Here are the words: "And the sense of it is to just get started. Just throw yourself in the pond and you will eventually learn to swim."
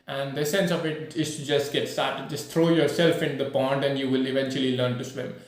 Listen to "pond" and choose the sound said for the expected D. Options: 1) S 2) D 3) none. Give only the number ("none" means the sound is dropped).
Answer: 2